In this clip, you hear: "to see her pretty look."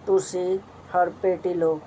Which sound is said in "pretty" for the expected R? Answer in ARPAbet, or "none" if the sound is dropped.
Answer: none